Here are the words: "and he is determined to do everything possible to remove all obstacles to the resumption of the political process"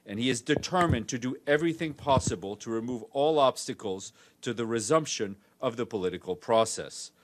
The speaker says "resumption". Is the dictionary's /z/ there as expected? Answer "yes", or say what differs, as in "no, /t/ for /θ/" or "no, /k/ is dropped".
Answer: yes